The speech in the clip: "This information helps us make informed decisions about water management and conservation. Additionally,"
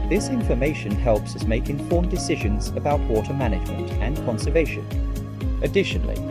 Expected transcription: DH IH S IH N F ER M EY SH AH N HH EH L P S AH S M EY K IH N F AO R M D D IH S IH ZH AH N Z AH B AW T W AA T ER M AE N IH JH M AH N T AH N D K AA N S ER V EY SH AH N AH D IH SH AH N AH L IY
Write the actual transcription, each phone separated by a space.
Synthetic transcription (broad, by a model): DH IH S IH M F ER M EY SH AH N HH EH L P S AH S M EY K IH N F AO R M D D IH S IH ZH AH N Z AH B AW T W AA T ER M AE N IH JH M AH N T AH N K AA N S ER V EY SH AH N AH D IH SH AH N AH L IY